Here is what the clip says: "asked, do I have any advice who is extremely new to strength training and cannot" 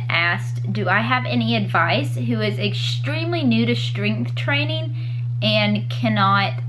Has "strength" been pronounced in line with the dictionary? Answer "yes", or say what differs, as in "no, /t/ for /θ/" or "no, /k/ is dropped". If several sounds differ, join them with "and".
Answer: yes